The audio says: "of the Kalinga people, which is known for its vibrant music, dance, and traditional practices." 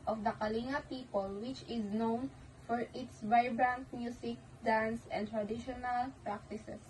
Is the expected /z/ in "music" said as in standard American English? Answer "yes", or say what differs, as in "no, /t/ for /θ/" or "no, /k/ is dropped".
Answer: no, /s/ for /z/